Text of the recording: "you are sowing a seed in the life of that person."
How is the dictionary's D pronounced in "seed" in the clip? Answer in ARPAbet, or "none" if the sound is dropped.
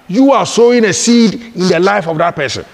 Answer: D